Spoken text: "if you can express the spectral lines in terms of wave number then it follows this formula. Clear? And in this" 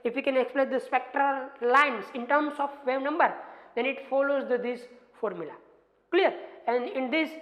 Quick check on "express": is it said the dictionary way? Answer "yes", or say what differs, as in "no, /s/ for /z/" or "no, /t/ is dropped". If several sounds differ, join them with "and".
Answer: no, /l/ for /ɹ/